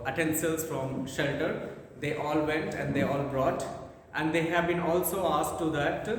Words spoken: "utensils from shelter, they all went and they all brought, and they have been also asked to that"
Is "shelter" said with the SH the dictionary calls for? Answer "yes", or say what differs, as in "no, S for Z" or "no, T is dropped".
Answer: yes